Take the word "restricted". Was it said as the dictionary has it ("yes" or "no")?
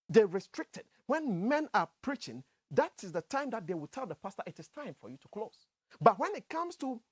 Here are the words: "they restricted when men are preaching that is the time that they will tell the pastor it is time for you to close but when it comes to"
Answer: yes